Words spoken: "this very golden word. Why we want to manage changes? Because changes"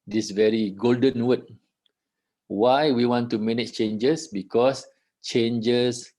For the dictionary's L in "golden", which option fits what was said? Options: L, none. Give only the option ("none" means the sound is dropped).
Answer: L